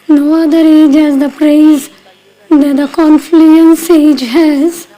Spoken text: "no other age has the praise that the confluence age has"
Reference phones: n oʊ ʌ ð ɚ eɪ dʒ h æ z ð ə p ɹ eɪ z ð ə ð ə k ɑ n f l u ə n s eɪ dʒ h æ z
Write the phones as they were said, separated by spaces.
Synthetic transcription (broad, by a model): n oʊ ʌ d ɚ eɪ dʒ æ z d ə p ɹ eɪ z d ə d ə k ɑ n f l u ə n s eɪ dʒ h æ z